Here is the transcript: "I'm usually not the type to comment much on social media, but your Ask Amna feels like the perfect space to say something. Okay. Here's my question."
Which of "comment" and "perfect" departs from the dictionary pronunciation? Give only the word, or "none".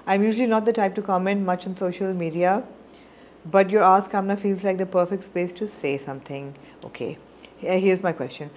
none